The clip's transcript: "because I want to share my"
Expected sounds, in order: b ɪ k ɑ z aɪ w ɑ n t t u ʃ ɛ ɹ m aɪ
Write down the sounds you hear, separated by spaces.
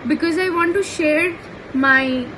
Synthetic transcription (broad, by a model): b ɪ k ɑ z aɪ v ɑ n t t u ʃ ɛ ɹ m aɪ